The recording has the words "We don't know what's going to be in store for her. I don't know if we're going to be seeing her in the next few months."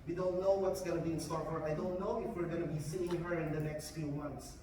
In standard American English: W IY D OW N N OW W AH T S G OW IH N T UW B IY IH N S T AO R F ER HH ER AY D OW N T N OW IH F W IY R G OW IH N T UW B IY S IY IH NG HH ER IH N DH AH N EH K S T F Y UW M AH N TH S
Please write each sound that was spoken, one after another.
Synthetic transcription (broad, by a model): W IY D OW N N OW W AH T S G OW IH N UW B IY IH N S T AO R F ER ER AY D OW N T N OW IH F W IY R G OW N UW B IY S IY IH NG HH ER IH N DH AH N EH K S T F Y UW M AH N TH S